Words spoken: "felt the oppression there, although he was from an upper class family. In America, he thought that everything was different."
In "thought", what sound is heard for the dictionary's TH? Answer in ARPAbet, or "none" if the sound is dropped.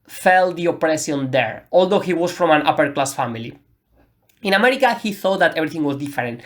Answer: TH